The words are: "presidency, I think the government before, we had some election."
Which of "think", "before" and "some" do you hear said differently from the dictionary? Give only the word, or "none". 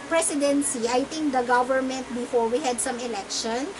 think